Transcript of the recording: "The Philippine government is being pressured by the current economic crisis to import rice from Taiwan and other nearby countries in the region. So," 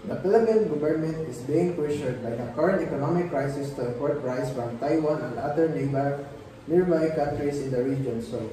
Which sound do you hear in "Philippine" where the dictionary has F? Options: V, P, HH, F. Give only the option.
P